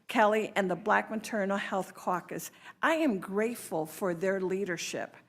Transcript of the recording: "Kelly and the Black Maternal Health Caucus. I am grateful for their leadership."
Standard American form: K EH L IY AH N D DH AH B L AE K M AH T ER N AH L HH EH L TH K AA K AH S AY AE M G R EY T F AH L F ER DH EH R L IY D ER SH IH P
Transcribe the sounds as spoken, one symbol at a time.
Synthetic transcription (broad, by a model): K EH L IY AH N DH AH B L AE K M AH T ER N L HH EH L TH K AA K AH S AY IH M G R EY T F AH L F ER DH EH R L IY D ER SH IH P